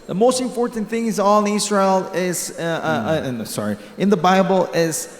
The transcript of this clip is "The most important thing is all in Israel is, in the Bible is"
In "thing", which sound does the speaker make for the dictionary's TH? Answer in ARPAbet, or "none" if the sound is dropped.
TH